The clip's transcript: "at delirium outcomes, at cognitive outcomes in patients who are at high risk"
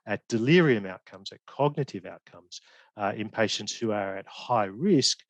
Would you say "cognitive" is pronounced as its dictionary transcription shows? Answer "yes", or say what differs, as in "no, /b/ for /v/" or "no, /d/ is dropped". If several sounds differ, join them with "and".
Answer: yes